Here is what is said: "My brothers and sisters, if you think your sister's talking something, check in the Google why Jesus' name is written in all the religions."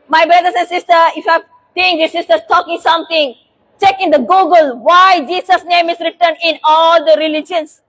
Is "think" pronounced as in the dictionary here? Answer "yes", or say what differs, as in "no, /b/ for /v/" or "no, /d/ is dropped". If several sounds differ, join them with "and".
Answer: no, /s/ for /θ/